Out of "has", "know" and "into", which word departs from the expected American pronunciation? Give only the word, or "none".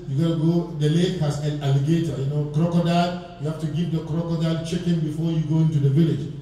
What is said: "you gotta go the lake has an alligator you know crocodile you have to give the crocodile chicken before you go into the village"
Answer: has